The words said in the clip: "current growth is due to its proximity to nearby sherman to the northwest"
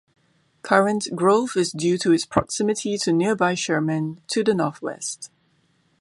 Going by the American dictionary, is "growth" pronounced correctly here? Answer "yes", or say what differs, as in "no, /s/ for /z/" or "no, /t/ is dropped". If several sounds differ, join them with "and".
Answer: no, /f/ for /θ/